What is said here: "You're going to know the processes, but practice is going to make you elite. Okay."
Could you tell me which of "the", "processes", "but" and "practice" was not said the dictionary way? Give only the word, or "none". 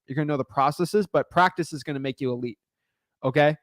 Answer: none